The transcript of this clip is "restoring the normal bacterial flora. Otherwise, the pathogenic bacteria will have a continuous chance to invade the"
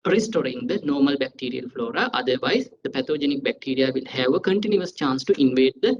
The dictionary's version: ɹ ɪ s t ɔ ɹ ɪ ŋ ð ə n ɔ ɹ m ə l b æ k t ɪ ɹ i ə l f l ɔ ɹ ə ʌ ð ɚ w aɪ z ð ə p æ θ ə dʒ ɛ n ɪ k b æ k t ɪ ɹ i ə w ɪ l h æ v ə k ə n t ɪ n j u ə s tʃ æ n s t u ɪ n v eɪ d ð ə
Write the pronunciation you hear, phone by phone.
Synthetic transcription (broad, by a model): ɹ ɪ s t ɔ ɹ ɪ ŋ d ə n ɔ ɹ m ə l b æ k t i ɹ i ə l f l ɔ ɹ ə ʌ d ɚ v aɪ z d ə p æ t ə dʒ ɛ n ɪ k b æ k t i ɹ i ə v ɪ l h æ v ə k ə n t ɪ n j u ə s tʃ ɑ n s t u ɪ n v eɪ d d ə